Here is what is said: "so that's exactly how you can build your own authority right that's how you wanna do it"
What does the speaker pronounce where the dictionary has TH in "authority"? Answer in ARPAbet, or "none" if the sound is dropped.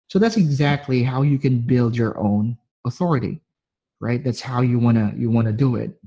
TH